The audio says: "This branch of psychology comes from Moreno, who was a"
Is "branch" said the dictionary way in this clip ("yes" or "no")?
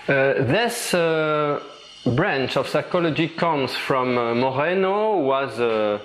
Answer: yes